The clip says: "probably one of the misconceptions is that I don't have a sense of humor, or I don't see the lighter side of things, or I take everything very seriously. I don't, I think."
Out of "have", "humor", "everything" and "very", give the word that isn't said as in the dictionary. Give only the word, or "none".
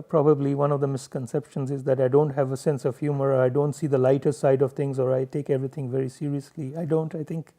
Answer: everything